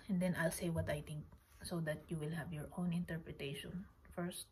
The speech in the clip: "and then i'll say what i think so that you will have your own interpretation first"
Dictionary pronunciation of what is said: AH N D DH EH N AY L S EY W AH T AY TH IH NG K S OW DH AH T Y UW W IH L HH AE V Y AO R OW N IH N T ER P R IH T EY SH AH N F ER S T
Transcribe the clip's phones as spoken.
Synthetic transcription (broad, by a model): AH N D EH N AY L S EY W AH T AY T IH NG K S OW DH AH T Y UW W IH L HH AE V Y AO R OW N IH N T ER P R IH T EY SH AH N F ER S T